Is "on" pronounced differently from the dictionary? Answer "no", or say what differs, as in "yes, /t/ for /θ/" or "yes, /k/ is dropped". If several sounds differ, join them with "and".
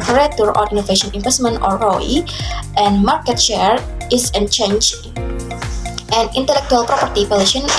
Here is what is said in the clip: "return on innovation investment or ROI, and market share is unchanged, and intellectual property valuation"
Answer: yes, /l/ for /n/